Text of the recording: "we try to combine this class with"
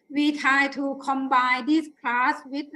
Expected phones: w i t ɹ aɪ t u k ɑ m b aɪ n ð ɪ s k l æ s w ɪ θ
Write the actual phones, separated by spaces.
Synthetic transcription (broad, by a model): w i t aɪ t u k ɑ m b aɪ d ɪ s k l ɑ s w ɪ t